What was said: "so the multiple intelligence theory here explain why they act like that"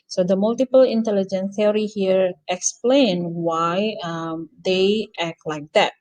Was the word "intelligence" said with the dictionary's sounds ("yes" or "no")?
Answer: no